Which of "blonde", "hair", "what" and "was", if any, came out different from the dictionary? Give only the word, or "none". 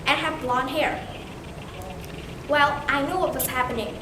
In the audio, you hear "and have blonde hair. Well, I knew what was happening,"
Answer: was